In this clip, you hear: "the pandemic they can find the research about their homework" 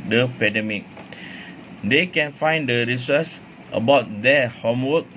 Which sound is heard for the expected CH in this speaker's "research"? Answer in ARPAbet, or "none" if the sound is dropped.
S